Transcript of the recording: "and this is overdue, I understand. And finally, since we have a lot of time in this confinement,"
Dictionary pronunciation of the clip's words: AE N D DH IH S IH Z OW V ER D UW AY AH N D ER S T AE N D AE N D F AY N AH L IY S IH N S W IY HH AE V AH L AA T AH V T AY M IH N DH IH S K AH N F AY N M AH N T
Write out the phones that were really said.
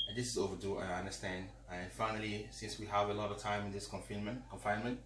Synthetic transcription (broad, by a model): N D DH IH S IH Z OW V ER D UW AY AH N D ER S T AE N D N F AY N AH L IY S IH N S W IY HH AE V AH L AA T AH V T AY M IH N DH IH S K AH N F AY N M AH N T